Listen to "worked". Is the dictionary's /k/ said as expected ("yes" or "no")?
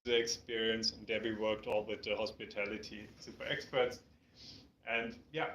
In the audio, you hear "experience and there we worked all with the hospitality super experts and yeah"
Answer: yes